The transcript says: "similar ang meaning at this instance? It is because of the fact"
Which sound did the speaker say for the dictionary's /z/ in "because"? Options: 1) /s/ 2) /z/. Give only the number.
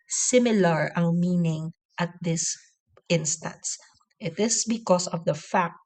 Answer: 1